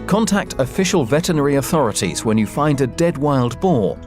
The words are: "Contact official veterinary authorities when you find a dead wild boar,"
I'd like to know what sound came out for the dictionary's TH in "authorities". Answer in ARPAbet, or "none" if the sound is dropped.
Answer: TH